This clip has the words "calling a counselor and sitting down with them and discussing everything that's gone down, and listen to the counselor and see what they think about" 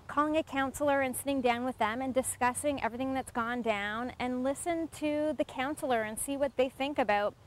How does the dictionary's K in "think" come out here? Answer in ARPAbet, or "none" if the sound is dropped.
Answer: K